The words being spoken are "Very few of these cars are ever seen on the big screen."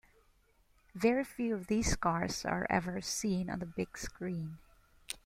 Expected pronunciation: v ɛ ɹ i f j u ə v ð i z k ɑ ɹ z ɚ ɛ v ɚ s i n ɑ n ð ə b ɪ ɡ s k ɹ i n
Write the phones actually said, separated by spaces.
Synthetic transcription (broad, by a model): v ɛ ɹ i f j u ə v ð i s k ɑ ɹ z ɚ ɛ v ɚ s i n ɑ n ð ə b ɪ ɡ s k ɹ i n